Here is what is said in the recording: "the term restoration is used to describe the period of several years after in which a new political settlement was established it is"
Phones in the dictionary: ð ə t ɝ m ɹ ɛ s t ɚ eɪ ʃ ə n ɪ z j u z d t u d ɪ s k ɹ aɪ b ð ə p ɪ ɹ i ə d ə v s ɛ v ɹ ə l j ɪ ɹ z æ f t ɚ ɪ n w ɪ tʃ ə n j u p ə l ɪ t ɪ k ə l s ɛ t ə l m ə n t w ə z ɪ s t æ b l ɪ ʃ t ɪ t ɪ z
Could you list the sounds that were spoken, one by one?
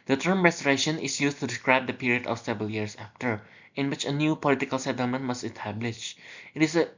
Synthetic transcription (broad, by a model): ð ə t ɝ m ɹ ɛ s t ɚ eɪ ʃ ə n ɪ s j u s t u d ɪ s k ɹ aɪ b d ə p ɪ ɹ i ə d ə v s ɛ v ɹ ə l j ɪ ɹ s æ f t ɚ ɪ n w ɪ tʃ ə n j u p ə l ɪ t ɪ k ə l s ɛ t ə l m ə n t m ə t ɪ s t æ b l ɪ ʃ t ɪ t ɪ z